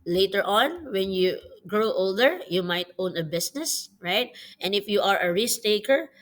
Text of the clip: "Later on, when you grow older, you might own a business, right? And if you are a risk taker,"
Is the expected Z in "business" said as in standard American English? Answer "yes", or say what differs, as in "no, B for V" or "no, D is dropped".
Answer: no, S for Z